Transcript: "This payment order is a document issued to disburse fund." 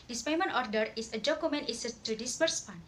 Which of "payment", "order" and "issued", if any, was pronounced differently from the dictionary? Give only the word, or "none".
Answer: issued